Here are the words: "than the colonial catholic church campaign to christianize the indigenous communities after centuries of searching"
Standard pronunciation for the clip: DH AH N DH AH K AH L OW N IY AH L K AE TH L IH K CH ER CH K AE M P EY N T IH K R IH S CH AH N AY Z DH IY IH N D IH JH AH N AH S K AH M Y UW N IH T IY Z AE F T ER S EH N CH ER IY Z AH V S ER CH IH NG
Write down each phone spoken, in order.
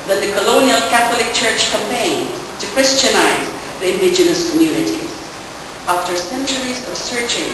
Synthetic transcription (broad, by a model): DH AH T DH AH K AH L OW N IY AH L K AE TH L IH K CH ER CH K AE M P EY N T IH K R IH S CH AH N AY Z DH IY IH N D IH JH AH N AH S K AH M Y UW N IH T IY Z AE F T ER S EH N CH ER IY Z AH V S ER CH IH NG